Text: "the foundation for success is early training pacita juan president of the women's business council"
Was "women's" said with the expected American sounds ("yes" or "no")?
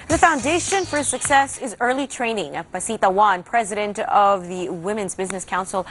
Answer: yes